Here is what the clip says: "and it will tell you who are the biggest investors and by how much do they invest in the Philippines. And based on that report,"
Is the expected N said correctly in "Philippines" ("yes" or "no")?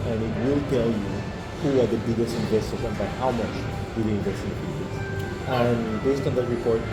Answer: no